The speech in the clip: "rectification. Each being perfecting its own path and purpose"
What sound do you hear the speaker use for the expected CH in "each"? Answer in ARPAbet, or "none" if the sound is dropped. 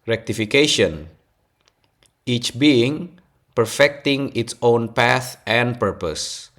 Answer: CH